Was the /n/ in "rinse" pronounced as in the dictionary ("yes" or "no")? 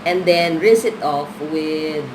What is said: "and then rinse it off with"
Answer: no